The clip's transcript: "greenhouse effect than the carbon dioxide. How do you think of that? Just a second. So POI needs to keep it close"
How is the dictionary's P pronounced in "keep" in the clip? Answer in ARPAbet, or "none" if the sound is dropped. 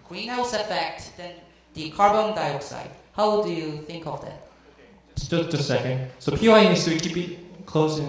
B